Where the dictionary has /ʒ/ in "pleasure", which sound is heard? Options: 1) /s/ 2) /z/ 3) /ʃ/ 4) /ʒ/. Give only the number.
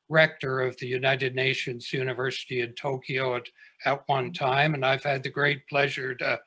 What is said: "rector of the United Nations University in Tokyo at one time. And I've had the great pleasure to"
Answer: 4